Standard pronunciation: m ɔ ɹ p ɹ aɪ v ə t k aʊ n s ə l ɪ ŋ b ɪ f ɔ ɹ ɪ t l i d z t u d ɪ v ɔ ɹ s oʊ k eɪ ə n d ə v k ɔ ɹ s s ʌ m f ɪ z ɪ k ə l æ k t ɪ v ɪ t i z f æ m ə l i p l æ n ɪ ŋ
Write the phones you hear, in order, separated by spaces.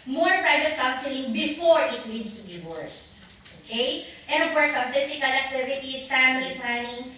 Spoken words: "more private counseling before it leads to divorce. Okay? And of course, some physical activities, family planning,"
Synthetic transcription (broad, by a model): m ɔ ɹ p ɹ aɪ v ə t k aʊ n s ə l ɪ ŋ b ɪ f ɔ ɹ ɪ t n i d s t u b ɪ w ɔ ɹ s oʊ k eɪ ə n d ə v k ɔ ɹ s s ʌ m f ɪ s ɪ k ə l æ k t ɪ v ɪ t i s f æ m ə l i p l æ n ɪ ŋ